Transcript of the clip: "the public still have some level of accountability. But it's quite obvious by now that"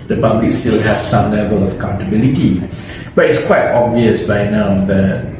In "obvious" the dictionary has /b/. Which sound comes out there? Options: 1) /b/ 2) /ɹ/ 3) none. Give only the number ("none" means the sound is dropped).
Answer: 1